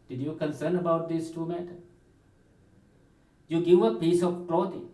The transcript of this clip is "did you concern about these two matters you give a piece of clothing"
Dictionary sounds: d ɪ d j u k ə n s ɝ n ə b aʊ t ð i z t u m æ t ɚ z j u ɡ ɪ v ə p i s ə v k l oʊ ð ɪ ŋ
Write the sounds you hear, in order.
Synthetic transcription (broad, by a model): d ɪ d j u k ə n s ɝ n ə b aʊ t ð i s t u m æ t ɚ j u ɡ ɪ v ə p i s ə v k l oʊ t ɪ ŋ